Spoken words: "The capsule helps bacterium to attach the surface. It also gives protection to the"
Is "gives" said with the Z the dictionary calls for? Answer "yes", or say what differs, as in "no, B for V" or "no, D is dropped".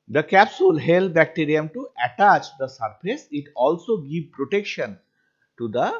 no, Z is dropped